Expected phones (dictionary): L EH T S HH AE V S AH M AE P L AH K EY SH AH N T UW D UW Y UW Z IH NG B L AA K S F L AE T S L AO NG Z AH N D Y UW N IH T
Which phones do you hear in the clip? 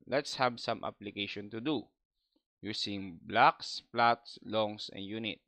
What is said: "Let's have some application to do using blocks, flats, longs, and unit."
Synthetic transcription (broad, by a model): L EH T S HH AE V S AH M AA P L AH K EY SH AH N T UW D UW Y UW S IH NG B L AA K S P L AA T S L AO NG S AH N D Y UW N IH T